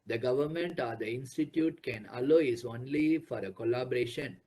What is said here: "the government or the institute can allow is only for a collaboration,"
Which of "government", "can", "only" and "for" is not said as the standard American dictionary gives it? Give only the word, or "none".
none